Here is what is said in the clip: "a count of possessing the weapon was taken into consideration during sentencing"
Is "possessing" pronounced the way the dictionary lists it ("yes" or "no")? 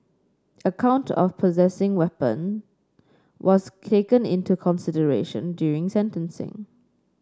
yes